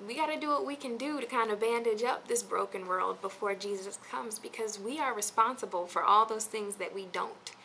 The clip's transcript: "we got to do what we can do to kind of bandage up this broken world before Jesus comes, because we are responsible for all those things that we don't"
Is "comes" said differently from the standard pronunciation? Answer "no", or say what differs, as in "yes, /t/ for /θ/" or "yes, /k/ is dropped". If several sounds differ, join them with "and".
no